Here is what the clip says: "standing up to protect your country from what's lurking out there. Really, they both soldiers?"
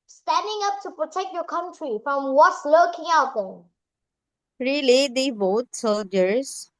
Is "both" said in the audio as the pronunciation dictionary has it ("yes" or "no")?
no